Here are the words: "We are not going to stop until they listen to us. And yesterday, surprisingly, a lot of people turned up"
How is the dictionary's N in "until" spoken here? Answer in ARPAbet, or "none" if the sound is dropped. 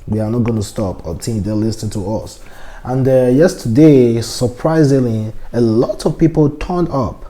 none